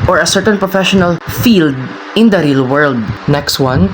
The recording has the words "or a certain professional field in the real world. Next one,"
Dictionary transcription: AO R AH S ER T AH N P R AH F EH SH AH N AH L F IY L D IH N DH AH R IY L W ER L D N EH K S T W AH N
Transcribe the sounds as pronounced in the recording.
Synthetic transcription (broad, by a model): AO R AH S ER T AH N P R AH F EH SH AH N AH L F IY L D IH N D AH R IY L W ER L D N EH K S T W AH N